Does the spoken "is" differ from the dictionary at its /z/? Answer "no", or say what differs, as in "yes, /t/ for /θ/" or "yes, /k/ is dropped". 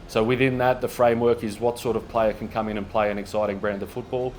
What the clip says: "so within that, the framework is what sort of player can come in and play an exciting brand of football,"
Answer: no